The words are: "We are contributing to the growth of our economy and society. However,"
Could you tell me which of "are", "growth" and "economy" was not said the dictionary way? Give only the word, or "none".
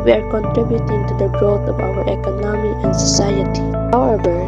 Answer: growth